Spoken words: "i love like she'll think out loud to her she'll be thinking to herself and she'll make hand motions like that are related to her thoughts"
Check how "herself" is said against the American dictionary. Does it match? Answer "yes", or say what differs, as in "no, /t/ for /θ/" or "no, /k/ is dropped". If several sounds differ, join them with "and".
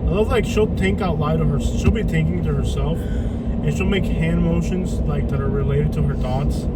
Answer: yes